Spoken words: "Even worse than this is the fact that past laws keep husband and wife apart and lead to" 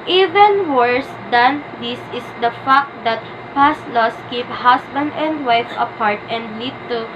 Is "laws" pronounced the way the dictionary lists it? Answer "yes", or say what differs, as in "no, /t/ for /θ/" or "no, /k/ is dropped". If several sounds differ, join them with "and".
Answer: no, /s/ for /z/